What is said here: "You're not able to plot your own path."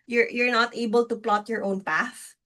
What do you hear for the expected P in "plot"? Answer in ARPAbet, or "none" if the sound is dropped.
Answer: P